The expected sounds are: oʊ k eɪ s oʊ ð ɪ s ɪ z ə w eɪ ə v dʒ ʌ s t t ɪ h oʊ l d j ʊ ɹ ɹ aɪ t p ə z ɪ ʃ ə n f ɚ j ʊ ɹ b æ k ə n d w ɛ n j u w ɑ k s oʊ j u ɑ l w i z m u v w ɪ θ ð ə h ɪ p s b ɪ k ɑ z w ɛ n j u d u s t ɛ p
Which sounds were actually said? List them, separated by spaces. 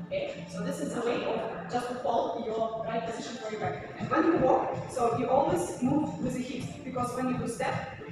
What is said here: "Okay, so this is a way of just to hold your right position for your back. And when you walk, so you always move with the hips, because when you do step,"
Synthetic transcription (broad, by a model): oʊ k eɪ s oʊ ð ɪ s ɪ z ə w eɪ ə b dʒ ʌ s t t ɪ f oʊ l j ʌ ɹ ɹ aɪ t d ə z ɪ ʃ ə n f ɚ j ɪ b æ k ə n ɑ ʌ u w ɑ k s oʊ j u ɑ l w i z m u v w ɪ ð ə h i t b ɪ k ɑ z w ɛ n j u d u s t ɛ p